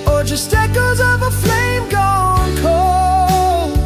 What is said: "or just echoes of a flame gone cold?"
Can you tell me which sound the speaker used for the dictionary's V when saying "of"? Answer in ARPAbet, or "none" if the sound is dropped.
V